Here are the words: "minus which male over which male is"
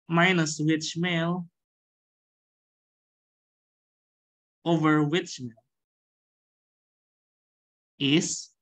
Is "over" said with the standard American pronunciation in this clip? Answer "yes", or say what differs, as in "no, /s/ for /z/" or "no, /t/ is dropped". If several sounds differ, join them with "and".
yes